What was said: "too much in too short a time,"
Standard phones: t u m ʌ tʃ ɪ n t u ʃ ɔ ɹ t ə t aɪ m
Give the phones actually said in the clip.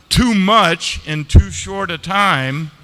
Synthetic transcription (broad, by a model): t u m ʌ tʃ ɪ n t u ʃ ɔ ɹ t ə t aɪ m